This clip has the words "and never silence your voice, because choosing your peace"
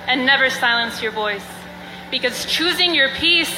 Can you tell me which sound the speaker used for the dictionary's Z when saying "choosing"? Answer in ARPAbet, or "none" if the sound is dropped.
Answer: Z